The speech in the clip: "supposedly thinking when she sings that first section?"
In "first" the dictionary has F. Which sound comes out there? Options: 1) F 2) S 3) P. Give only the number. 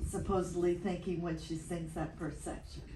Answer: 3